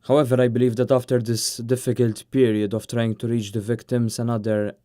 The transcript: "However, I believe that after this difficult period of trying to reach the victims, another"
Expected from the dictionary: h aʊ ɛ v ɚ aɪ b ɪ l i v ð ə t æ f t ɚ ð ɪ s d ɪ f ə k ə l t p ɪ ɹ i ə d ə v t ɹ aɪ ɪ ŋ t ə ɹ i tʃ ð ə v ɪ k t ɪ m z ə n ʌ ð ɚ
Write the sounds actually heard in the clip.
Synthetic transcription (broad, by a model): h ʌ ɛ v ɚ aɪ b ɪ l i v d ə t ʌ f t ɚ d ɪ s d ɪ f ə k ə l t p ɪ ɹ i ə d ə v t ɹ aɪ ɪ ŋ t ə ɹ i tʃ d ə v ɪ k t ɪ m s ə n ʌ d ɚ